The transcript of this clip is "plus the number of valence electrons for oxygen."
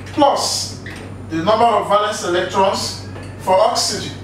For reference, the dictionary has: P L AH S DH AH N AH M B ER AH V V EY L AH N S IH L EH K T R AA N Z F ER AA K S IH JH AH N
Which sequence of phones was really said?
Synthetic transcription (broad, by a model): P L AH S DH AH N AH M B ER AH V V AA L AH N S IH L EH K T R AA N S F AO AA K S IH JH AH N